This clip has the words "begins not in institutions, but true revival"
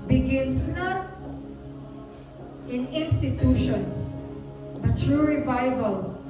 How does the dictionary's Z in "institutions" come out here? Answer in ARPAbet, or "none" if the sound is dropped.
S